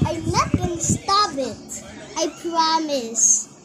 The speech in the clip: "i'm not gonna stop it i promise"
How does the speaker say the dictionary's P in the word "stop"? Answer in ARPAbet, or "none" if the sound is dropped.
B